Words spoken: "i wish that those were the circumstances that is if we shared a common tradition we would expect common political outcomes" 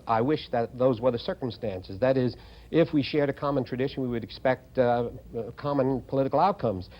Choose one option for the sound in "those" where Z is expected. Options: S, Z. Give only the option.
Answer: Z